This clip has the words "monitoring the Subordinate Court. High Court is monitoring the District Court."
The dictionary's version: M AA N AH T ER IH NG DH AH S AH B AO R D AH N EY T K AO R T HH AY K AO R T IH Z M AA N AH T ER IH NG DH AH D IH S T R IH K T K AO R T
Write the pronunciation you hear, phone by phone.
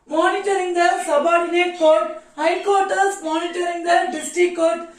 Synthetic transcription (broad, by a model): M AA N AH T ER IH NG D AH S AH B AO R D AH N EY T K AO R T HH AY K AO R T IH S M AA N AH T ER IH NG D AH D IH S T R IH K K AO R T